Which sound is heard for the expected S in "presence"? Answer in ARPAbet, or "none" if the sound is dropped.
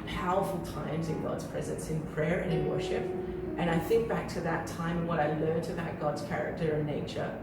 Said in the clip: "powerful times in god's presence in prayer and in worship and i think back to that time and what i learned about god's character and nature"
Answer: S